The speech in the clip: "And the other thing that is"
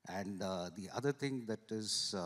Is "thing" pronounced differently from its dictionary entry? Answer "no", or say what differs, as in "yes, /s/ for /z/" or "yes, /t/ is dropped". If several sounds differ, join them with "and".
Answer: yes, /t/ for /θ/